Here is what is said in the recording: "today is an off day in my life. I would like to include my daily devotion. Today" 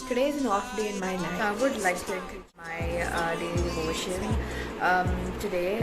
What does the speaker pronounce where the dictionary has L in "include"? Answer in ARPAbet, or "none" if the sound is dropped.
none